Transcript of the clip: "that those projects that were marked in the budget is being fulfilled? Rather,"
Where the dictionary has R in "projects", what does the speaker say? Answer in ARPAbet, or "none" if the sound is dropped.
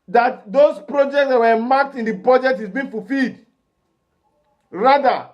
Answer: R